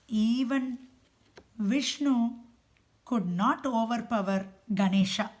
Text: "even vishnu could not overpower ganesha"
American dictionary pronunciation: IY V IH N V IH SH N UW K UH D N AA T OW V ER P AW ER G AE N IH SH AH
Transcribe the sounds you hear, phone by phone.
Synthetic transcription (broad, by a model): IY V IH N V IH SH N UW K UH D N AA T OW V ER P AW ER G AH N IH SH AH